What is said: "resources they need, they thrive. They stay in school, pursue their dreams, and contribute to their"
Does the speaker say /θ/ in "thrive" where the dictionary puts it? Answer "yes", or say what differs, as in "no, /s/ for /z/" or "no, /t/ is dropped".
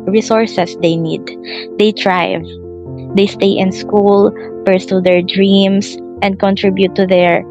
no, /t/ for /θ/